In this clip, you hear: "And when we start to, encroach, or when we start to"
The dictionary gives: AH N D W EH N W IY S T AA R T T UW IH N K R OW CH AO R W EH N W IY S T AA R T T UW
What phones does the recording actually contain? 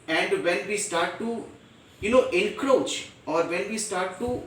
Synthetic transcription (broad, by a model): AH N D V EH N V IY S T AA R T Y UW IH N K R OW CH AO R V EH N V IY S T AA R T T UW